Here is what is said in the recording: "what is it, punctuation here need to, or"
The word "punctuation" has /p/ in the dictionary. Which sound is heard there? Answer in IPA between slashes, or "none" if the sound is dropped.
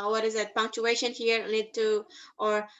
/p/